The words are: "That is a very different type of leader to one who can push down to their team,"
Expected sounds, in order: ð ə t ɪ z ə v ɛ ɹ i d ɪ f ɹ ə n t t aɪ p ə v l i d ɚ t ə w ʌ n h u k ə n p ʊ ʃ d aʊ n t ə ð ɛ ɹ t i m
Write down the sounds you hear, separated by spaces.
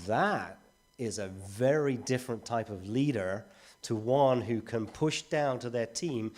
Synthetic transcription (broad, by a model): ð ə t ɪ z ə v ɛ ɹ i d ɪ f ɹ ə n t t aɪ p ə v l i d ɚ t ə w ʌ n h u k ə n p ʊ ʃ d aʊ n t ə ð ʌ ɹ t i m